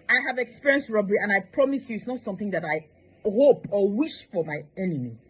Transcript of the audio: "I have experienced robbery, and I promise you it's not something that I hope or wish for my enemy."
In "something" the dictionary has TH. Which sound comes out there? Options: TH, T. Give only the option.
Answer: TH